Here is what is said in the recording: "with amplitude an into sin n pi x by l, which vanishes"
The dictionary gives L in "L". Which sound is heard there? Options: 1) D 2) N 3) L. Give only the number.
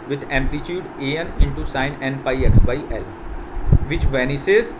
3